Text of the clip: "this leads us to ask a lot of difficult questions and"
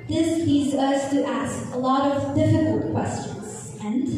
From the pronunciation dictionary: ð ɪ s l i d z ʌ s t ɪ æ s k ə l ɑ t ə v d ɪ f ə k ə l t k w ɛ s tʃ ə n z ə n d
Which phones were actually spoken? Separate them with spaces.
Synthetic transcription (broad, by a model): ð ɪ s l i d z ʌ s t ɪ æ s k ə l ɑ t ə v d ɪ f ə k ə l t k w ɛ s tʃ ə n z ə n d